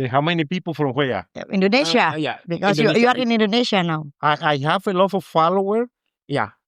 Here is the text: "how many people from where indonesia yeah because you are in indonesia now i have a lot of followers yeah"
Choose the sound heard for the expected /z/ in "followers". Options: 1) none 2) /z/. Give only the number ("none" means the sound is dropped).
1